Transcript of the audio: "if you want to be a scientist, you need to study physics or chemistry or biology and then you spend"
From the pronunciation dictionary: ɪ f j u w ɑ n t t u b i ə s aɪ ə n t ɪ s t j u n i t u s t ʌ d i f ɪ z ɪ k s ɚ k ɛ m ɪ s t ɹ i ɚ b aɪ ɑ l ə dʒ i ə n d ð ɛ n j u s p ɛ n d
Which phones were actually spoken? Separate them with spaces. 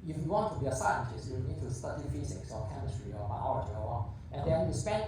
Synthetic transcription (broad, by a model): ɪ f j u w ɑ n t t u b i ə s aɪ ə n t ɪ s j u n t u s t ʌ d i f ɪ s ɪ k s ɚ k ɛ m ɪ s t ɹ i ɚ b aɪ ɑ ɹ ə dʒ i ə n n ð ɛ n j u s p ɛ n